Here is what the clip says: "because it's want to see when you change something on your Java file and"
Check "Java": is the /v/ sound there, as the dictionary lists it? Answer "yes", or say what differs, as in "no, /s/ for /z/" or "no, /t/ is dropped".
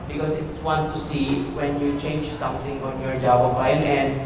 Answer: no, /b/ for /v/